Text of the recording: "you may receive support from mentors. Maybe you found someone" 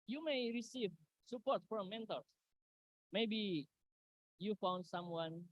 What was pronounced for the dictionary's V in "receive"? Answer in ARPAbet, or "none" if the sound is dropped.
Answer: V